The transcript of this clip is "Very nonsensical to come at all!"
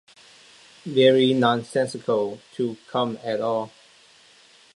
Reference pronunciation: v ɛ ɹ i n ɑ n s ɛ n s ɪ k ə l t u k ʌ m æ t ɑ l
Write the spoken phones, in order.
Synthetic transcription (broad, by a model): v ɛ ɹ i n ɑ n s ɛ n s ɪ k ə l t u k ʌ m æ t ɑ l